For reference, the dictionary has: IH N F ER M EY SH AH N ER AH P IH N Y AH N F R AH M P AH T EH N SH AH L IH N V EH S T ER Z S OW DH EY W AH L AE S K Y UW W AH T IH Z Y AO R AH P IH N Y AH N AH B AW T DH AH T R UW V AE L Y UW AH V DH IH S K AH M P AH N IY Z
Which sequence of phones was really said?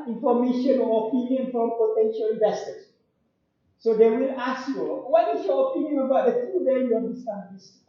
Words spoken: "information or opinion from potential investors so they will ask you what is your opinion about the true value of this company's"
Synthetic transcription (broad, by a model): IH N F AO M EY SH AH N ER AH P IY N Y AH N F R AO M P AH T EH N SH AH L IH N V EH S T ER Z S OW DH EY W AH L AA S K Y UW W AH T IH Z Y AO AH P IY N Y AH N AH B AW T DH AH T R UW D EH Y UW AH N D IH S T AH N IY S